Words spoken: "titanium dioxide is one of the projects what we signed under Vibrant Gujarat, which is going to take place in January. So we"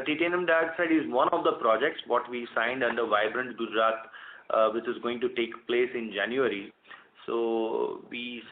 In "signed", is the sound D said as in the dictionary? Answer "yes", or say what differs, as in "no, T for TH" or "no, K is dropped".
yes